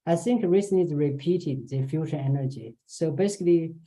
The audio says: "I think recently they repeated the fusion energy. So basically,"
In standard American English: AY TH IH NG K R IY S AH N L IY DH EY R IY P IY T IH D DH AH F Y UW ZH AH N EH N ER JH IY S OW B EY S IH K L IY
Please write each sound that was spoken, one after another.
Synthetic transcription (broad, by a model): AY TH IH NG K R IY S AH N IY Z R IY P IY T IH D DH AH F Y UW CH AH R EH N ER JH IY S OW B EY S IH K L IY